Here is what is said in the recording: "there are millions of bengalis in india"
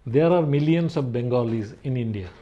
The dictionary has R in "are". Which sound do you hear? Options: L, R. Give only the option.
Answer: R